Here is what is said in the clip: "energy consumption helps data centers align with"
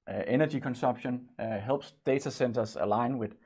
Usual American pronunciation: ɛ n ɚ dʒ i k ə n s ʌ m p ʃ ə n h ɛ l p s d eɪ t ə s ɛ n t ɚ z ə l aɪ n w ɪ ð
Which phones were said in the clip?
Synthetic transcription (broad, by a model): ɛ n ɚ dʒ i k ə n s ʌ m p ʃ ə n h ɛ l b s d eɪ s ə s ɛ n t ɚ s ə l aɪ n w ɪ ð